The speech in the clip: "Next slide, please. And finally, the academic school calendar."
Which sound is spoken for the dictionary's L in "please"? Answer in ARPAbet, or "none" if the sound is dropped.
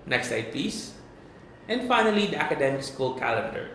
none